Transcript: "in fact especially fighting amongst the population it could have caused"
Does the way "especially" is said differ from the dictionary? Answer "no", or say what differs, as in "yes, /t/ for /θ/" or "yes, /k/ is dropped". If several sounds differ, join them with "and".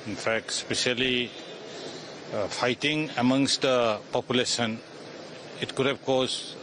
yes, /s/ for /ʃ/